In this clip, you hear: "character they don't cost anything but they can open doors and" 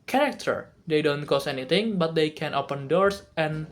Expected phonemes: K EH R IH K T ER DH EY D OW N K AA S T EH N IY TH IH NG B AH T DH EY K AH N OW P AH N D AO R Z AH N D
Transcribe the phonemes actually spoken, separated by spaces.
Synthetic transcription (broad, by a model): K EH R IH K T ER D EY D OW N K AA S EH N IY T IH NG B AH T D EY K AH N OW P AH N D AO R S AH N